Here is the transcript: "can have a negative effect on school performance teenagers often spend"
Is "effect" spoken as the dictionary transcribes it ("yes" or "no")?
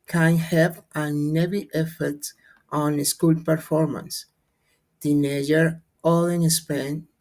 no